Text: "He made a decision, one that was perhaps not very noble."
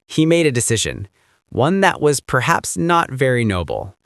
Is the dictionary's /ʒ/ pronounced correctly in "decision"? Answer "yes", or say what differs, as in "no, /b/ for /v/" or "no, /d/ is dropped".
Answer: yes